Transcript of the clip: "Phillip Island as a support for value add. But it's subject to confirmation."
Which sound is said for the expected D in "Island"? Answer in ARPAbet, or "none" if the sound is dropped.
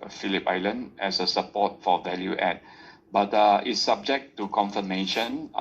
D